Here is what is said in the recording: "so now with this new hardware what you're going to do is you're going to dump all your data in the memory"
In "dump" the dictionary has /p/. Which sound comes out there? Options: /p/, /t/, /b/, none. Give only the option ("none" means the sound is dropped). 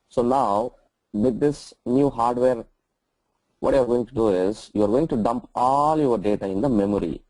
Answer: /p/